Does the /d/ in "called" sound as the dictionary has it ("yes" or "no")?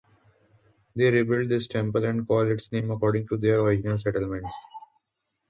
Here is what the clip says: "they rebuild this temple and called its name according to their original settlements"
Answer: no